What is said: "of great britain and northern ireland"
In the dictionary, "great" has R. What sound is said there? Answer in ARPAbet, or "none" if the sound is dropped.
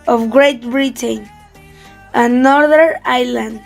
R